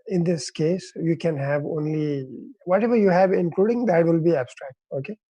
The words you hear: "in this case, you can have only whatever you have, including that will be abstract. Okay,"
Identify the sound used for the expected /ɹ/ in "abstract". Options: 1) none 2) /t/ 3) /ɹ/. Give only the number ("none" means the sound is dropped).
3